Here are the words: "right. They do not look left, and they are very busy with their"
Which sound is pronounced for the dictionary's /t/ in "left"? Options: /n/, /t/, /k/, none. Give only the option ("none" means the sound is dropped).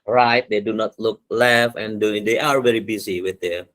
none